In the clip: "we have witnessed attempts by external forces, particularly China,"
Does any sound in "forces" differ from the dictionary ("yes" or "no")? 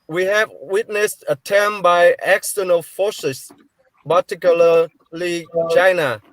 yes